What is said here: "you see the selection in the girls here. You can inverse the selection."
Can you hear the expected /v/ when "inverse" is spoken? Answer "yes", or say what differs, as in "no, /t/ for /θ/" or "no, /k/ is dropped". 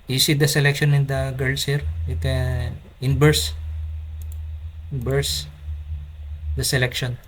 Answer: no, /b/ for /v/